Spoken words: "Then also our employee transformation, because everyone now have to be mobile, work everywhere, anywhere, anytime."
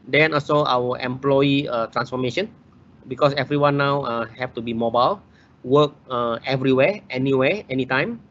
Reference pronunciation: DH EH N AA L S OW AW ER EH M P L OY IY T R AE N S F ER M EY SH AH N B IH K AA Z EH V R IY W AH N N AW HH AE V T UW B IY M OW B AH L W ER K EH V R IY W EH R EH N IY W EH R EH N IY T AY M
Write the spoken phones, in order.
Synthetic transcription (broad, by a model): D EH N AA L S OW AW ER EH M P L OY IY T R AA N S F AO M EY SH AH N B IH K AA S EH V R IY W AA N N AW HH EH F T UW B IY M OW B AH L W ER K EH V R IY W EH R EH N IY W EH EH N IY T AY M